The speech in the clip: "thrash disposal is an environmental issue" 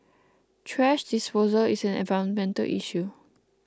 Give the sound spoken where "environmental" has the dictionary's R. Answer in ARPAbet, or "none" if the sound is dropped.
none